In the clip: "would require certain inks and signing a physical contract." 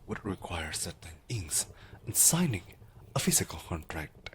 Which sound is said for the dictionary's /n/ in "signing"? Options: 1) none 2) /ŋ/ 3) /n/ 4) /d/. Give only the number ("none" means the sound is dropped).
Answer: 3